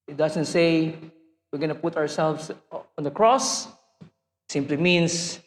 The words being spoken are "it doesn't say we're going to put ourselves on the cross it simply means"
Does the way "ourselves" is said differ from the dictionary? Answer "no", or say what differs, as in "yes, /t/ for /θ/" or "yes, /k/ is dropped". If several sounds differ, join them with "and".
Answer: yes, /s/ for /z/